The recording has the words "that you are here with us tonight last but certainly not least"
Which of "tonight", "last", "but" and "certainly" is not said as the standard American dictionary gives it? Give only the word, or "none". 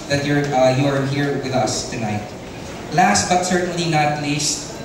none